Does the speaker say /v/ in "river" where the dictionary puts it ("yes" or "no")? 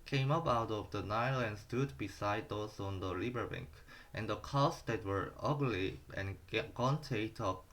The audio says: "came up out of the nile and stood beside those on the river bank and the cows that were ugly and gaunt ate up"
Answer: no